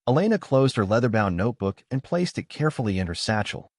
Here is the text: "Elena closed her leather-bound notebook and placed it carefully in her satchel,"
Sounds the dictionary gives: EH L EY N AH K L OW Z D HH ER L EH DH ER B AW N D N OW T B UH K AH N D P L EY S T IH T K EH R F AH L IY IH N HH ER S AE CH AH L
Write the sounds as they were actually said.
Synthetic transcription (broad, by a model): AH L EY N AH K L OW Z D HH ER L EH DH ER B AW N N OW T B UH K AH N P L EY S T IH T K EH R F L IY IH N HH ER S AE CH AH L